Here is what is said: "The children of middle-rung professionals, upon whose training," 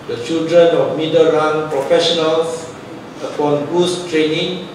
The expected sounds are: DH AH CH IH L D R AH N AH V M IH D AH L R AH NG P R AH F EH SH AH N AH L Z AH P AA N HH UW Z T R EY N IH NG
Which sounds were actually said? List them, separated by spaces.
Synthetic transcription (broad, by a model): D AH CH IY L D R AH N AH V M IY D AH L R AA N P R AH F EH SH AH N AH L S AH P AA N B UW S T R EY N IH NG